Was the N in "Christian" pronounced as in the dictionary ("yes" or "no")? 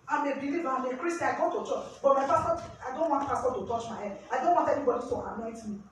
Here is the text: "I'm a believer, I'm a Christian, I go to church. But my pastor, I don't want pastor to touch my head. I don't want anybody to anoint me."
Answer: no